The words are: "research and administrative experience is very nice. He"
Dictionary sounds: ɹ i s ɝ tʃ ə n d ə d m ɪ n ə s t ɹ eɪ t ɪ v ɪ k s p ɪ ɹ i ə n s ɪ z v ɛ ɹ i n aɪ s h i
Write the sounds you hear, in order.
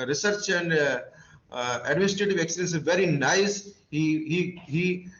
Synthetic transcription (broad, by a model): ɹ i s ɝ tʃ ə n d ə d m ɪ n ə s t ɹ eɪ t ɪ v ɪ k s ɪ i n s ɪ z v ɛ ɹ i n aɪ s h i